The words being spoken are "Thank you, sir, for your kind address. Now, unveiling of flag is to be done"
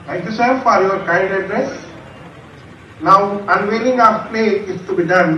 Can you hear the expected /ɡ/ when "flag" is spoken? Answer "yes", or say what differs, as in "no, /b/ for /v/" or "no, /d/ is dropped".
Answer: no, /ɡ/ is dropped